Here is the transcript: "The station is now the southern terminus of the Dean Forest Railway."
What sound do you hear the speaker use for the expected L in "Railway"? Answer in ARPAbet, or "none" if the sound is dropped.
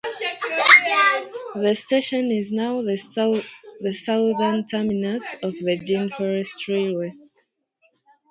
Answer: none